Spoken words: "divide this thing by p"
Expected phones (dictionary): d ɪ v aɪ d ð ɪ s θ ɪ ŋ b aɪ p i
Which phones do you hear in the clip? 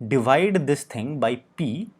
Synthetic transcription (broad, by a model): d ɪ v aɪ d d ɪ s t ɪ ŋ b aɪ p i